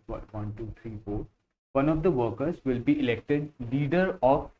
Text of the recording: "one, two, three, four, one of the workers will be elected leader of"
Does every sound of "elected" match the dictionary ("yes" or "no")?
yes